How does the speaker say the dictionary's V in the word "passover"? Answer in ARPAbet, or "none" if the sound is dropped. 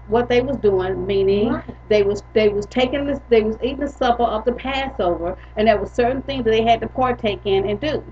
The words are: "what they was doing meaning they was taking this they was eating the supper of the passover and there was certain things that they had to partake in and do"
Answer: V